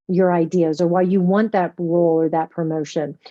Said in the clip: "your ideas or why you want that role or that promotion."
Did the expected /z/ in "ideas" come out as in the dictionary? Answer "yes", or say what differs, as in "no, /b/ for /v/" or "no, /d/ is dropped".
yes